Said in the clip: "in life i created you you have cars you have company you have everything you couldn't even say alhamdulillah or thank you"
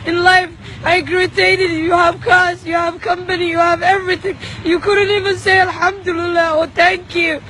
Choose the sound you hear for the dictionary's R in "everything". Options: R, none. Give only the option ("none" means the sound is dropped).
R